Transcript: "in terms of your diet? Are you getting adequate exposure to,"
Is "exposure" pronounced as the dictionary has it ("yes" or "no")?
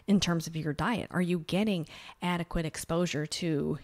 yes